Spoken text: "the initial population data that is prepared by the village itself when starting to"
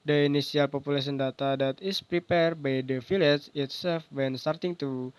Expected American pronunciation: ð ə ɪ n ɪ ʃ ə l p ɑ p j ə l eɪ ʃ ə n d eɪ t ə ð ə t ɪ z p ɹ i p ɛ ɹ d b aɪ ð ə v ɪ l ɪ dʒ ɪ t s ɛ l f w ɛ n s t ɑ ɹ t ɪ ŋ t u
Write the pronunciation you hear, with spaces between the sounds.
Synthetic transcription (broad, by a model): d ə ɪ n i s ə l p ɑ p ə l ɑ s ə n d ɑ t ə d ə t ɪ s p ɹ i p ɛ ɹ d b aɪ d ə f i l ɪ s ɪ t s ɛ l f w ɛ n s t ɑ ɹ t ɪ ŋ t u